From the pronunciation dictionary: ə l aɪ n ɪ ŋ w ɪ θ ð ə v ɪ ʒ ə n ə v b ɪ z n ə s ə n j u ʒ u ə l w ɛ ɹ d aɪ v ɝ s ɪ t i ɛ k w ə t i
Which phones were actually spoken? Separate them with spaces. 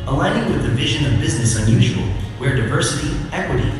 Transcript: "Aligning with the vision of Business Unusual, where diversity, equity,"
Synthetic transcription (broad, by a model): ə l aɪ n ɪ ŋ w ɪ ð ə v ɪ ʒ ə n ə v b ɪ z n ə s ə n j u ʒ u ə l w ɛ ɹ d aɪ v ɝ s ɪ t i ɛ k w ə t i